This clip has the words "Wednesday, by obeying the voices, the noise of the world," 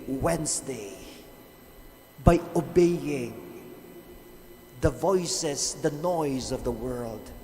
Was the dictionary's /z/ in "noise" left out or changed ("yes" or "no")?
no